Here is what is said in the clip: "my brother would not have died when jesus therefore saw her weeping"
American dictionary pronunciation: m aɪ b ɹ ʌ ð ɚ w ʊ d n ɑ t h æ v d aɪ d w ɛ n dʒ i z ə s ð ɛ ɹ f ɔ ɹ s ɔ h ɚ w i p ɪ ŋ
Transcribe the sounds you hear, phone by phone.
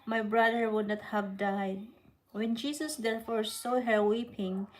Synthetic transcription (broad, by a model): m aɪ b ɹ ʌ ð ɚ w ʊ d n ɑ t h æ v d aɪ d w ɛ n dʒ i s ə s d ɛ ɹ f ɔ ɹ s ɔ h ɚ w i p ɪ ŋ